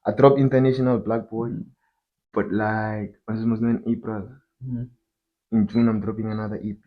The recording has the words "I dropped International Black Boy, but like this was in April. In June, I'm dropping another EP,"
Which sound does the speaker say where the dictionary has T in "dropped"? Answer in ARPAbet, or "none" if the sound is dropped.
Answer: none